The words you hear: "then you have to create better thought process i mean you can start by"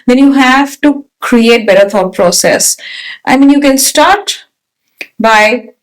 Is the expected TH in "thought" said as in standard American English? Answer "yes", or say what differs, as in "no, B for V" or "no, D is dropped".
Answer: no, F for TH